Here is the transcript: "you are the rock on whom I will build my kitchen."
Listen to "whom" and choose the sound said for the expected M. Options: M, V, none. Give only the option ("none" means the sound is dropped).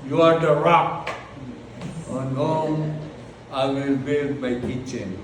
none